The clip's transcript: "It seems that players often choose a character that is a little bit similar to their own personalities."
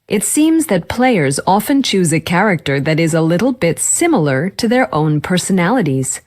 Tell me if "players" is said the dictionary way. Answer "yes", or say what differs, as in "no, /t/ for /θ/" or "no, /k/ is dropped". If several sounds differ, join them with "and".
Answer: yes